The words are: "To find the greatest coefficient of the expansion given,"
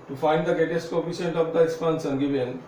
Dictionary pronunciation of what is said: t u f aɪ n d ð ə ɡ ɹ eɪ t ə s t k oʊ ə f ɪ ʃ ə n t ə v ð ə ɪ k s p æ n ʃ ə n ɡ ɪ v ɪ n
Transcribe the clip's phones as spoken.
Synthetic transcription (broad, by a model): t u f aɪ n d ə ɡ ɹ eɪ t ə s t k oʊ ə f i s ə n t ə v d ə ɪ k s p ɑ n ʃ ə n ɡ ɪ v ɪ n